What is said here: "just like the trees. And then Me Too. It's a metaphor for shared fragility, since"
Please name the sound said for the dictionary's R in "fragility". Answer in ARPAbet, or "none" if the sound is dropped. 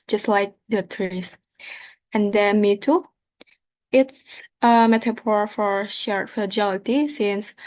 none